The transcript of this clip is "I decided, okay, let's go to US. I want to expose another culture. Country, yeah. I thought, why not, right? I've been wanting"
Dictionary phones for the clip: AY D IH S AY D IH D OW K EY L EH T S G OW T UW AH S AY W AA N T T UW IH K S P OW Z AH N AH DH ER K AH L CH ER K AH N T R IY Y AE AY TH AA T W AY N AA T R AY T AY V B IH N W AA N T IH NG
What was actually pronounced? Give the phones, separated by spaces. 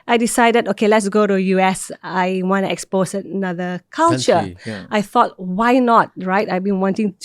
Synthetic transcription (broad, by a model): AY D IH S AY D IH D OW K EY L EH T S G OW T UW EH S AY W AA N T T UW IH K S P OW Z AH N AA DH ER K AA L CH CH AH T IY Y TH AA T W AY N AA T R AY T AY V B IH N W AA N T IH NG